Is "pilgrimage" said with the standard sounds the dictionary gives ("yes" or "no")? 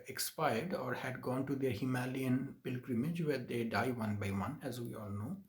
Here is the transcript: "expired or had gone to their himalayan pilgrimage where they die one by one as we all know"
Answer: yes